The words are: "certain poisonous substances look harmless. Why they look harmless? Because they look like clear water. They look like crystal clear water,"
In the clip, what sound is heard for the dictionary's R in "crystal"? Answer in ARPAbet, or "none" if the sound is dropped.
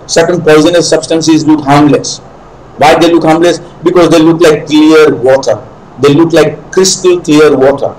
R